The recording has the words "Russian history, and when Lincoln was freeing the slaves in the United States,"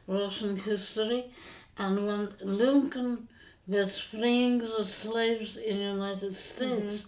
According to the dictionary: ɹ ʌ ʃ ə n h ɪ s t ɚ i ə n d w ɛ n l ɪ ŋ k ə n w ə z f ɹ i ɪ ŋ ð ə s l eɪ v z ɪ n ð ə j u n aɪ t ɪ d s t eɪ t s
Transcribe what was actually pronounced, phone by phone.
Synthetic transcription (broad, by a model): ɹ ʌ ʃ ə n h ɪ s t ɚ i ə n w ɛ n l ɪ ŋ k ə n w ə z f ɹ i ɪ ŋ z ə s l eɪ v z ɪ n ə j u n aɪ t ɪ d s t eɪ t s